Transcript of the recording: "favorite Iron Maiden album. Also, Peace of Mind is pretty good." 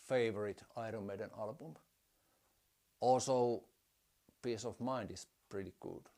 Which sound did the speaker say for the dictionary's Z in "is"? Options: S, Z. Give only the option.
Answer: S